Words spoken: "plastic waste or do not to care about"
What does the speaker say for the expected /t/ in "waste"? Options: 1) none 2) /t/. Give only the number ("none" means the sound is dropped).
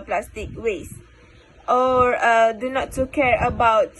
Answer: 2